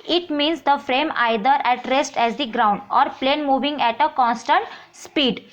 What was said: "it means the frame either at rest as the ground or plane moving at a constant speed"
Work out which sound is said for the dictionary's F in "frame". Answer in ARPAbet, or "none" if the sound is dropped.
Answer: F